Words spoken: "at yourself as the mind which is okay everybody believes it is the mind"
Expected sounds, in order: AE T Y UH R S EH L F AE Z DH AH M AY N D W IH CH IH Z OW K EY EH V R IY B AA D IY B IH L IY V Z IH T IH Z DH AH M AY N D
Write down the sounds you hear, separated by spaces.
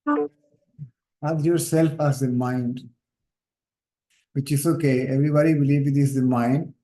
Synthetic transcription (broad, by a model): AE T Y UH R S EH L F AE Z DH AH M AY N D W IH CH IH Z OW K EY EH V R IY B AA D IY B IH L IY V IH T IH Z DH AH M AY N D